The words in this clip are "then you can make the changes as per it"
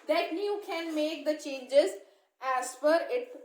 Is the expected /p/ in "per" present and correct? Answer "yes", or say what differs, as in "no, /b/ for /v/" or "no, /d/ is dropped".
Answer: no, /f/ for /p/